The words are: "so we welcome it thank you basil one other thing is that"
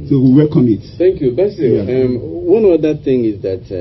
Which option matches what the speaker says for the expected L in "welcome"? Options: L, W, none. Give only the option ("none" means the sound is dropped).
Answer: none